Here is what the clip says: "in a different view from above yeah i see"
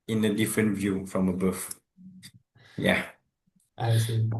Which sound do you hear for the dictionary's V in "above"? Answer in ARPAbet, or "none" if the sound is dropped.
F